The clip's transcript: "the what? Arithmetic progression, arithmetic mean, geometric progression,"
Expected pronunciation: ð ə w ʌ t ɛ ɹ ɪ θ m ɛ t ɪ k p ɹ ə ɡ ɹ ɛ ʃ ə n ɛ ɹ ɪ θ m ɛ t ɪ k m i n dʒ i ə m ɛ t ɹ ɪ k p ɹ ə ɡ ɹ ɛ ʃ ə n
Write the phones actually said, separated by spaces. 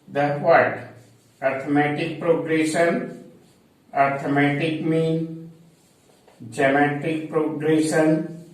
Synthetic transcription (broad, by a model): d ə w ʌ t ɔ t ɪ m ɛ t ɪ k p ɹ ə ɡ ɹ ɛ ʃ ə n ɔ ɹ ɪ m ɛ t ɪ k m i n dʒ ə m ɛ t ɪ k p ɹ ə ɡ ɹ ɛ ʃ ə n